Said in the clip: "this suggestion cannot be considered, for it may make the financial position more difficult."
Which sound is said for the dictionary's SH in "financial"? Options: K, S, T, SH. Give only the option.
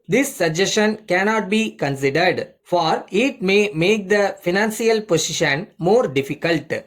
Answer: S